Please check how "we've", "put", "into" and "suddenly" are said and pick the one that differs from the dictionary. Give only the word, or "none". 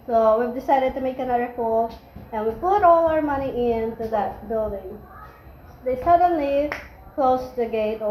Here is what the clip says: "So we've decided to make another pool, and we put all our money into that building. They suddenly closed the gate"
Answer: none